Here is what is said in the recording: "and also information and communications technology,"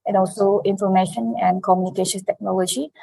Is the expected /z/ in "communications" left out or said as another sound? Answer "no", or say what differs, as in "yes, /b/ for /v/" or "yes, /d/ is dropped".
yes, /z/ is dropped